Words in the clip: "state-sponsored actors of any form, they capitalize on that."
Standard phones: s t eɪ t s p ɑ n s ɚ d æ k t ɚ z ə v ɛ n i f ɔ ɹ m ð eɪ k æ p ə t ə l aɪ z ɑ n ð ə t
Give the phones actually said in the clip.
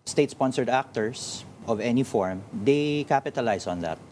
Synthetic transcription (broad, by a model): s t eɪ t s p ɑ n s ɚ d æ k t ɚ s ə v ɛ n i f ɔ ɹ m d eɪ k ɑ p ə t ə l aɪ s ɑ n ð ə t